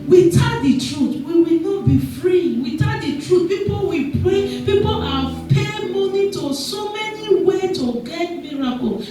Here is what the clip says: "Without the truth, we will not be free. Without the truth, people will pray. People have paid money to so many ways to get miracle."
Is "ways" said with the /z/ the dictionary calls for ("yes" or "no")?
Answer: no